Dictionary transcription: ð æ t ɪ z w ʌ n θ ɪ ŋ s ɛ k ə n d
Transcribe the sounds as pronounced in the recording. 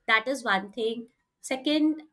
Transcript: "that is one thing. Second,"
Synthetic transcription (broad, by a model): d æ t ɪ z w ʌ n t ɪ ŋ s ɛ k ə n d